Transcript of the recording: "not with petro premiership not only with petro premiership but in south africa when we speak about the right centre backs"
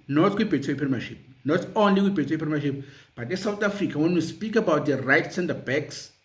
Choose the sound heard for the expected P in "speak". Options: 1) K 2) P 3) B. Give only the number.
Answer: 2